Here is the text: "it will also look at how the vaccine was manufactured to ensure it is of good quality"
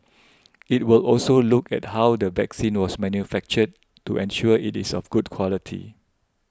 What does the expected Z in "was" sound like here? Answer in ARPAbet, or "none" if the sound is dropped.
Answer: S